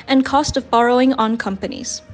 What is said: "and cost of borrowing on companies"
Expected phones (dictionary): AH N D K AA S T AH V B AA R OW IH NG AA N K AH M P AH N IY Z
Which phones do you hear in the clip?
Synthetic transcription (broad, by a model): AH N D K AA S T AH V B AA R OW IH NG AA N K AH M P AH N IY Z